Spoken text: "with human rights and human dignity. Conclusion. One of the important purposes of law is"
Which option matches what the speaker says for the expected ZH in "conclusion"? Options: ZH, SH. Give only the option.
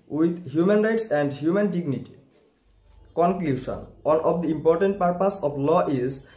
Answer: SH